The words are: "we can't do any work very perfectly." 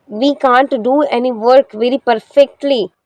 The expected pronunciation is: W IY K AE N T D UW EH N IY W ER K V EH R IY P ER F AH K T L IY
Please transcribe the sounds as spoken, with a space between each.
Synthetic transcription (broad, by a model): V IY K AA N T D UW EH N IY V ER K V EH R IY P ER F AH K T L IY